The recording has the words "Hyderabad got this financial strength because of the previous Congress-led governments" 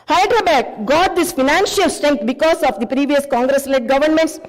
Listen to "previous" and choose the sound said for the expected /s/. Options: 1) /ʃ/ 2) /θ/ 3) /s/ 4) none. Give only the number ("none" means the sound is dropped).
3